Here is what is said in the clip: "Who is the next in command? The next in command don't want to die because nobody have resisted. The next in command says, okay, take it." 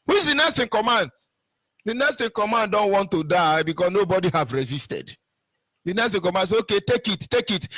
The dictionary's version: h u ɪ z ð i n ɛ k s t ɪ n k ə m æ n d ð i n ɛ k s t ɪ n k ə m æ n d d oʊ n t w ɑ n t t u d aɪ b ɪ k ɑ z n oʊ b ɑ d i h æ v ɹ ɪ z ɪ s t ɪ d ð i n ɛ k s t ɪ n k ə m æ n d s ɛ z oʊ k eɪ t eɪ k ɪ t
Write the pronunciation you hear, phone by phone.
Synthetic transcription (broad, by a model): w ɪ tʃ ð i n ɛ s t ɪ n k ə m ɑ n d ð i n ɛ s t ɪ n k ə m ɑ n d d oʊ n t w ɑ n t t u d aɪ b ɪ k ɑ s n oʊ b ɑ d i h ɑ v ɹ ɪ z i s t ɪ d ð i n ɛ s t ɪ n k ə m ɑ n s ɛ oʊ k eɪ t eɪ k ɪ t